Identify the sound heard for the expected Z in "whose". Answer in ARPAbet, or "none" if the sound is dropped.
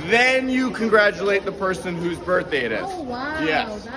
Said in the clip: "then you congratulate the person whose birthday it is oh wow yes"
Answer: Z